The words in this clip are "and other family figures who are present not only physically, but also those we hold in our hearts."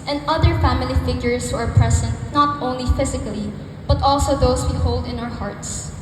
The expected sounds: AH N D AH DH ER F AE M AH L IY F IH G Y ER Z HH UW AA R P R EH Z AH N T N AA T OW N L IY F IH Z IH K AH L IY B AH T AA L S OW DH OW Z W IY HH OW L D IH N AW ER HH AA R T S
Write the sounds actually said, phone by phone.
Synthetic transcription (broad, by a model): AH N D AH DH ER F AE M AH L IY F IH G Y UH S HH UW AA R P R EH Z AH N T N AA T OW N L IY F IH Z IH K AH L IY B AH T AA L S OW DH OW S W IY HH OW L D IH N AW ER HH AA R T S